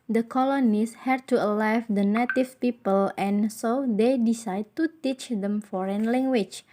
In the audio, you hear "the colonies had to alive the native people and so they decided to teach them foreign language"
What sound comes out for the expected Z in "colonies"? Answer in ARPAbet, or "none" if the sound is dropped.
S